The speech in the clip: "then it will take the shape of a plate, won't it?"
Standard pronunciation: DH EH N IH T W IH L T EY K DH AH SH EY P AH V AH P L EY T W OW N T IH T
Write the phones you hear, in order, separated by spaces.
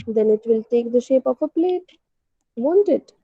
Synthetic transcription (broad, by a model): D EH N IH T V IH L T EY K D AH SH EY P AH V AH P L EY T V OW N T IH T